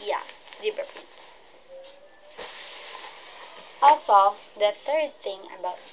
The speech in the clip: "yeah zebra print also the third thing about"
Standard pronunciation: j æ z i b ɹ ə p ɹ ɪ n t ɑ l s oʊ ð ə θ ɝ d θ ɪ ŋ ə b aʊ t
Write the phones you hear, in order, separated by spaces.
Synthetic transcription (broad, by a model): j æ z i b ə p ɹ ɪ t ɑ l s oʊ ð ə θ ɝ d θ ɪ ŋ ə b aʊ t